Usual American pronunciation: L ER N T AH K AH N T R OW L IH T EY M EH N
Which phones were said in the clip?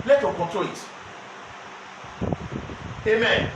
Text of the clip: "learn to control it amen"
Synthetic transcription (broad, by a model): L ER T AH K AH T OW IH T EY M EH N